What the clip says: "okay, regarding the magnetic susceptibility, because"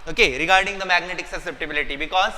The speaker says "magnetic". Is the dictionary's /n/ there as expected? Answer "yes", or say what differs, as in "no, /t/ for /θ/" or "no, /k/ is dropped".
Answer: yes